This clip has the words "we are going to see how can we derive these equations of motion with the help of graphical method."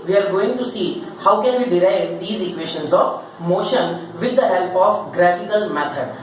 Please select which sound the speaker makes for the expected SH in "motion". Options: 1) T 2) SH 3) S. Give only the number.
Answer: 2